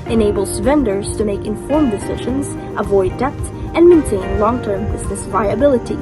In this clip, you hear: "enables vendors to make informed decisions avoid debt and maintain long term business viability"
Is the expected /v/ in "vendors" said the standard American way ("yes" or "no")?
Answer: yes